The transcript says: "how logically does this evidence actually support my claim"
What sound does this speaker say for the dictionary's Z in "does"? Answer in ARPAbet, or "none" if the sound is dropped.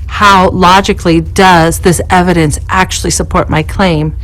Z